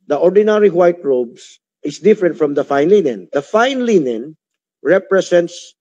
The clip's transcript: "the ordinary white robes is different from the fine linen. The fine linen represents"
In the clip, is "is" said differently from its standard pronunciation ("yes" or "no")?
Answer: yes